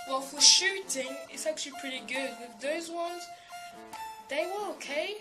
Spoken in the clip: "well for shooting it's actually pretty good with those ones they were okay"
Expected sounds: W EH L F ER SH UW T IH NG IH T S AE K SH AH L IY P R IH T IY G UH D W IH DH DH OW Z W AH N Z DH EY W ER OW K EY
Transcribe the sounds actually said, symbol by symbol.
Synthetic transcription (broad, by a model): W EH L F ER SH UW T IH NG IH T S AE K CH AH L IY P R IH T IY G UH D W IH DH DH OW Z W AH N Z DH EY W ER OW K EY